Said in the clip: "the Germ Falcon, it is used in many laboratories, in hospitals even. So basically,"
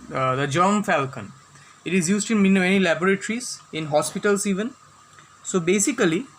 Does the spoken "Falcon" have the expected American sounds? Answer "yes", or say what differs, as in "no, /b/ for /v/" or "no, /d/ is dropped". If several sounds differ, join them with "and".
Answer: yes